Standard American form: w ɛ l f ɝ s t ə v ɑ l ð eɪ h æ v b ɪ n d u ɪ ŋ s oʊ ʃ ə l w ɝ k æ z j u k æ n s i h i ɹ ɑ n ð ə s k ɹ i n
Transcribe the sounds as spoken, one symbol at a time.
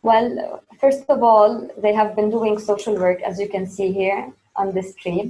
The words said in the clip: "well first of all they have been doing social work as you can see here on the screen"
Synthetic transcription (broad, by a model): w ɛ l f ɝ s t ə v ɑ l ð eɪ h æ v b ɪ n d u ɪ ŋ s oʊ ʃ ə l w ɝ k æ z j u k æ n s i h i ɹ ɑ n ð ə s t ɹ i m